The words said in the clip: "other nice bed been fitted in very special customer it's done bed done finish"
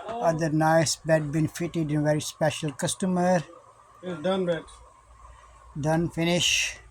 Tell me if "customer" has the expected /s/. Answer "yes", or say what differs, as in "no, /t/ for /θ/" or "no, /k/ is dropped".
yes